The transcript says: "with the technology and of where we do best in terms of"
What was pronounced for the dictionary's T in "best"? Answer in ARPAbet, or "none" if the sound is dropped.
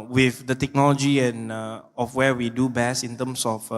none